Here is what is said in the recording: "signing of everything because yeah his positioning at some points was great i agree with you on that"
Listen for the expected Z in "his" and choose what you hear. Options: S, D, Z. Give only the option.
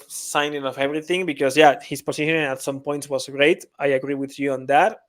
S